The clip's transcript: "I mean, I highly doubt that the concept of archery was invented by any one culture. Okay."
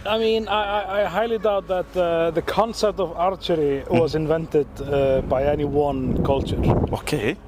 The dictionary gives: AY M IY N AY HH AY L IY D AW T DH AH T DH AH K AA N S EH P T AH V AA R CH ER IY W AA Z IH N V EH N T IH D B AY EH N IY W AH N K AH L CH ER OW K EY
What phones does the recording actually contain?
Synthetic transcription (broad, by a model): AY M IY N AY HH AY L IY D AW T DH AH T DH AH K AA N S EH P T AH V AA R CH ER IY W AA Z IH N V EH N T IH D B AY EH N IY W AH N K AH L CH ER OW K EY